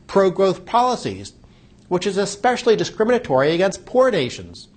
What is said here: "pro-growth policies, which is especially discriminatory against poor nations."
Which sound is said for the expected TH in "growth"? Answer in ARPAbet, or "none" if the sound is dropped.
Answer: TH